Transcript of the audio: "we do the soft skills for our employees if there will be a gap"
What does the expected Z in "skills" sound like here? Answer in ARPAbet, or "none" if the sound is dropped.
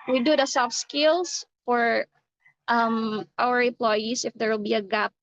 S